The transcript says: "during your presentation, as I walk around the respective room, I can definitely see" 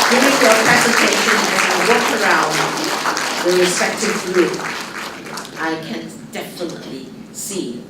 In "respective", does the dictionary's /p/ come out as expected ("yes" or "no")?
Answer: no